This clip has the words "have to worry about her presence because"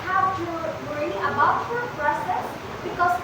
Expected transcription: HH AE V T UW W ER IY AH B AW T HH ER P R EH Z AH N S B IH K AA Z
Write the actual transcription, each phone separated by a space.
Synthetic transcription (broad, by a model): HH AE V T UW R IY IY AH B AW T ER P R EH S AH S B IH K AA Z